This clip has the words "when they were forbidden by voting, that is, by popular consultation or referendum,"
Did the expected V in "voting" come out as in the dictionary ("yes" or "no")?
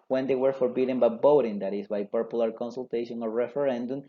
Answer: no